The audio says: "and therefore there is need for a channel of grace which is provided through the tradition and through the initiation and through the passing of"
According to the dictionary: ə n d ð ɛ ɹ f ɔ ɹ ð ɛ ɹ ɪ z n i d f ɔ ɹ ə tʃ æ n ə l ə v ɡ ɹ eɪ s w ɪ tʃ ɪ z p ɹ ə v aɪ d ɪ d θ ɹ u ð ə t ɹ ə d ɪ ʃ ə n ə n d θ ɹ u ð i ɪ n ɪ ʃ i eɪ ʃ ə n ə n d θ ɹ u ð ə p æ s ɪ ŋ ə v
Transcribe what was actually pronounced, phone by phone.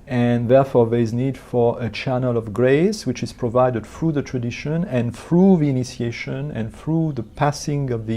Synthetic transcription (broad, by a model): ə n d ð ɛ ɹ f ɔ ɹ ð ɛ ɹ ɪ z n i d f ɔ ɹ ə tʃ æ n ə l ə v ɡ ɹ eɪ s w ɪ tʃ ɪ z p ɹ ə v aɪ d ɪ d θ ɹ u ð ə t ɹ ə d ɪ ʃ ə n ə n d θ ɹ u ð i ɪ n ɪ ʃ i eɪ ʃ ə n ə n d θ ɹ u ð ə p æ s ɪ ŋ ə v